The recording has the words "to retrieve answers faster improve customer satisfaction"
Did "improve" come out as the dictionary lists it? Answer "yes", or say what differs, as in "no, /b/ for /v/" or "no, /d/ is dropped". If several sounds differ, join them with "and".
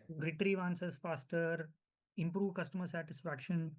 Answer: yes